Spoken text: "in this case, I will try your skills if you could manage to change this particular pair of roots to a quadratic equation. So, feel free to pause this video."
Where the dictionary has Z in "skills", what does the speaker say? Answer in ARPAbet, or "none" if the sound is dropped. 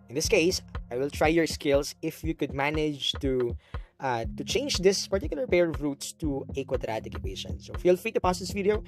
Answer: S